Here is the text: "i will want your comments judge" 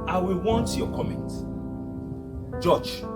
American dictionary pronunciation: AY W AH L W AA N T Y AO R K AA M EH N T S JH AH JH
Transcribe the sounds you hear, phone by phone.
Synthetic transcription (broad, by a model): AY W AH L W AA N T Y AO K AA M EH N T JH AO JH